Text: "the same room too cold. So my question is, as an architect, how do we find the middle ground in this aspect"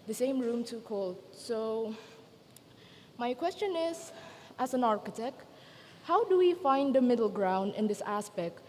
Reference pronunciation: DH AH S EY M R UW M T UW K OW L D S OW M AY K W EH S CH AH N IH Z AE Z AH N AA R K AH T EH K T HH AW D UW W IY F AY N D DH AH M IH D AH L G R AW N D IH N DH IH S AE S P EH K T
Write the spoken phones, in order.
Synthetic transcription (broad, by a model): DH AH S EY M R UW M T UW K OW L D S OW M AY K W EH S CH AH N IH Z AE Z AH N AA R K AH T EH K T HH AW D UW W IY F AY N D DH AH M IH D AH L G R AW N D IH N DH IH S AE S P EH K T